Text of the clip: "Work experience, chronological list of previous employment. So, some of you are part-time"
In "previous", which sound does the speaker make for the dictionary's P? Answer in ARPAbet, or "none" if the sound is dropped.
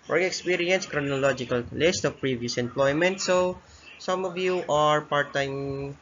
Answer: P